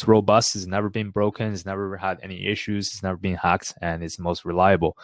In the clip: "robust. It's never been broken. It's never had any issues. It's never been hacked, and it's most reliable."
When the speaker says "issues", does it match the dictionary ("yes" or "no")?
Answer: yes